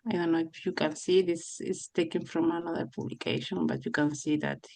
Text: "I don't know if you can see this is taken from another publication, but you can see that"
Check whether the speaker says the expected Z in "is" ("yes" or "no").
no